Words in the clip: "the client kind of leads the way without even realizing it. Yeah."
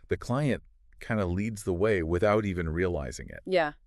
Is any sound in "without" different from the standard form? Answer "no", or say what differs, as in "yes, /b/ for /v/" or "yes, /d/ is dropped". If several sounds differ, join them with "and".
no